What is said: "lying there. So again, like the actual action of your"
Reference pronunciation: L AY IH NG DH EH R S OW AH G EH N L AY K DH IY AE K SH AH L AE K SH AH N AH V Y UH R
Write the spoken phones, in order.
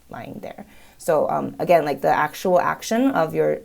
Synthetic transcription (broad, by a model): L AY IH NG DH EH R S OW AH G EH N L AY K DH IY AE K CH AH L AE K SH AH N AH V Y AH R